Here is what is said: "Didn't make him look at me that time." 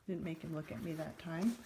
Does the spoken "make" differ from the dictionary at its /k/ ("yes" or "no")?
no